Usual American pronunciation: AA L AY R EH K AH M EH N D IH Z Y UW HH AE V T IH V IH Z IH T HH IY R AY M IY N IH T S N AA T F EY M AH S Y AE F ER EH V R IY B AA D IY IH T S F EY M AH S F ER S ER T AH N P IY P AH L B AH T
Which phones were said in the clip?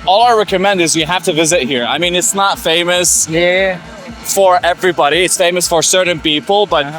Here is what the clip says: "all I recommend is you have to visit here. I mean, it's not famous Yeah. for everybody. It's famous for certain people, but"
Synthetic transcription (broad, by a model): AA L AY R EH K AH M EH N D IH Z Y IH HH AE F T IH V IH Z IH T HH IY R AY M IY N IH T S N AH T F EY M AH S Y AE F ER EH V R IY B AA D IY IH T S F EY M AH S F ER S ER T N P IY P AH L B AH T